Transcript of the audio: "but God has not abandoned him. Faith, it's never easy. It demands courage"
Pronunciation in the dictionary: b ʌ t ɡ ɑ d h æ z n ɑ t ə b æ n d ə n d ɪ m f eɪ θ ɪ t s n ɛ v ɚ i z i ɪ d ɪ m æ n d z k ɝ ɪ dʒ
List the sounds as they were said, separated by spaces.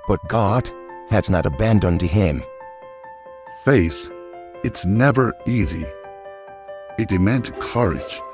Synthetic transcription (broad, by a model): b ʌ t ɡ ɑ d h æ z n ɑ t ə b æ n d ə n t ɪ m f eɪ s ɪ t s n ɛ v ɚ i z i ɪ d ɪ m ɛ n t k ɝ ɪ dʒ